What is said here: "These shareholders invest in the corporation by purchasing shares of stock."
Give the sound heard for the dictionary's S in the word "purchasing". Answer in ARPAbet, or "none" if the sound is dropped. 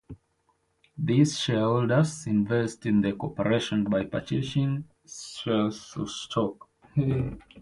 SH